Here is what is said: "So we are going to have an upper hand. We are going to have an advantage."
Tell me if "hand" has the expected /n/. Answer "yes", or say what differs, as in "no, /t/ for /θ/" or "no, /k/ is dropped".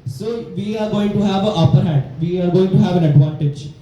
no, /n/ is dropped